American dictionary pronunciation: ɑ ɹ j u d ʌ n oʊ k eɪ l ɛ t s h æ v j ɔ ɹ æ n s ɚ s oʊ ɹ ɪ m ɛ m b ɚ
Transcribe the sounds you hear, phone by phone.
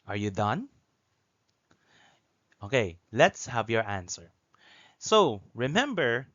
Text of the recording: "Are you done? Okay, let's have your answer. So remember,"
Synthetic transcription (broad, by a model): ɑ ɹ j u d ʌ n oʊ k eɪ l ɛ t s h æ v j ɔ ɹ æ n s ɚ s oʊ ɹ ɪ m ɛ m b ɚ